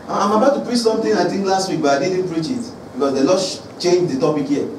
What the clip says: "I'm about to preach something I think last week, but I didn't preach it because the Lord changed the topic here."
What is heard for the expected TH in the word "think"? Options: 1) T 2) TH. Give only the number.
1